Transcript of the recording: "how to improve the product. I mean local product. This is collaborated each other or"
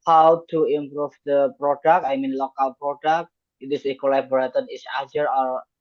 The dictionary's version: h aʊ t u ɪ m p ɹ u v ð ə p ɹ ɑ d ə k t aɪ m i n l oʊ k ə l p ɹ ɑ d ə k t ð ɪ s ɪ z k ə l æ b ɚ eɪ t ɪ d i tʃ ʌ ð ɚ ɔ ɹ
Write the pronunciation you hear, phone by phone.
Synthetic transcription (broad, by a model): h aʊ t u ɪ m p ɹ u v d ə p ɹ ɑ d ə k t aɪ m i n l oʊ k ə l p ɹ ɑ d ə k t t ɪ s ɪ k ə l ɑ b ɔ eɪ t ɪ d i s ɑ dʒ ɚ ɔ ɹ